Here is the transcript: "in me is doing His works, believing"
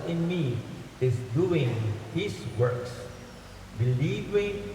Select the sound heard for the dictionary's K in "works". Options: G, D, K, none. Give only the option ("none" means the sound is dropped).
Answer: K